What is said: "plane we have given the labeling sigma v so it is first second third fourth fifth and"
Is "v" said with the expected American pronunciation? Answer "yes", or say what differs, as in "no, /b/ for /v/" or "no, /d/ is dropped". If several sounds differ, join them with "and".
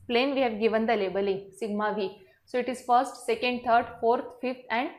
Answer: yes